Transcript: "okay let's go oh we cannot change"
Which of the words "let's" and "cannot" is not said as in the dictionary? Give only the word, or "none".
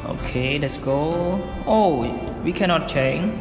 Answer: none